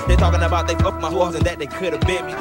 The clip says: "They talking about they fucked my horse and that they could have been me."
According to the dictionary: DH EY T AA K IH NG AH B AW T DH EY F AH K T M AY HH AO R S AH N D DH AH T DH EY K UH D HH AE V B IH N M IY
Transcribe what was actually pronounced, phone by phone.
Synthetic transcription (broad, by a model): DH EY T AA K IH NG AH B AW T DH EY P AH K M AY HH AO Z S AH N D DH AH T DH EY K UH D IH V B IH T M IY